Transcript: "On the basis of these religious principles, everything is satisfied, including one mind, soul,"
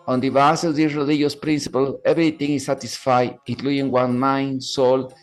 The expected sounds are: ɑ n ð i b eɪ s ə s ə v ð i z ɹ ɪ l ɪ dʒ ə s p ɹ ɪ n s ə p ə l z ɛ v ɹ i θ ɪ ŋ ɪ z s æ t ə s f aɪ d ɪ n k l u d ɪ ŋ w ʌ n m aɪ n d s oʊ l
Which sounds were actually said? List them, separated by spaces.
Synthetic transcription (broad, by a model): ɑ n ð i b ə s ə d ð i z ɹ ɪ l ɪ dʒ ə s p ɹ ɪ n s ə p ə l ɛ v ɹ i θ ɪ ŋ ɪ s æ t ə s f aɪ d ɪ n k l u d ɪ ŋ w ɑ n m aɪ n s oʊ l